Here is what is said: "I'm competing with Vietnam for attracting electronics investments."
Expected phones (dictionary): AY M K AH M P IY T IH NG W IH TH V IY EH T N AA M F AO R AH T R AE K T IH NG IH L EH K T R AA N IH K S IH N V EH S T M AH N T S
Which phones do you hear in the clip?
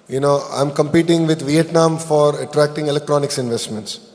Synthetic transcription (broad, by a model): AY M K AH M P IY T IH NG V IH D V IY EH T N AA M F AO R AH T R AE K T IH NG IH L EH K T R AA N IH K S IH N V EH S T M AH N T S